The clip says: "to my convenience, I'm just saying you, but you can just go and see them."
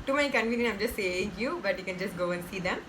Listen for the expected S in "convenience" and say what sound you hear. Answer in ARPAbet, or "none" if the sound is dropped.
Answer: none